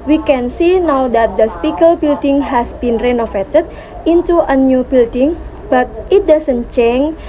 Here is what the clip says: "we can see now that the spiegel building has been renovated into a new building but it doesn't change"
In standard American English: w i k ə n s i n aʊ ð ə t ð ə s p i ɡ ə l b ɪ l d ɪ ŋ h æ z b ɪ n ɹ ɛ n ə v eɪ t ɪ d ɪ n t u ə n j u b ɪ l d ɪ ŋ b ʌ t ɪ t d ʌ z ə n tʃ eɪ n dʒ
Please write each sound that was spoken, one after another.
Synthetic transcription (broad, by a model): w i k ə n s i n aʊ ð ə t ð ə s p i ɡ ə l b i l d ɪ ŋ h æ s b ɪ n ɹ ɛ n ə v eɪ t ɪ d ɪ n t u ə n j u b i l d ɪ ŋ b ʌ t ɪ t d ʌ s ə n tʃ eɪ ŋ